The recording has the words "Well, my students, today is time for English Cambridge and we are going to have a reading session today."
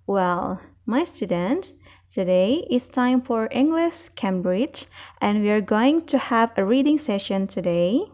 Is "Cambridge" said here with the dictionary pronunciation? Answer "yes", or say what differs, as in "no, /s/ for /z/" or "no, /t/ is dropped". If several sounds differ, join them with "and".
yes